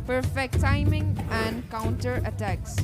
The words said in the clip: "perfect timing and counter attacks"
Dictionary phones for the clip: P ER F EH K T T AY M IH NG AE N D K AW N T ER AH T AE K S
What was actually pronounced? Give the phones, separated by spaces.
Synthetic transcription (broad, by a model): P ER F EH K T T AY M IH NG AE N D K AW N T ER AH T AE K S